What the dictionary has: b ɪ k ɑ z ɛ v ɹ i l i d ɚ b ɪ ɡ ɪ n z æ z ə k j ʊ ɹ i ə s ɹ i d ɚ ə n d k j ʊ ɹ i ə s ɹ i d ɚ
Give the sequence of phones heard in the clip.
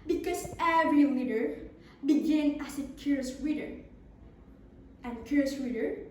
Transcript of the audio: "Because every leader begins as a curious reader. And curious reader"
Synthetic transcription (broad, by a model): b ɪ k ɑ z ɛ v ɹ i w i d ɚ b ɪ ɡ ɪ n æ s ə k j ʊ ɹ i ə s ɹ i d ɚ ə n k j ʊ ɹ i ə s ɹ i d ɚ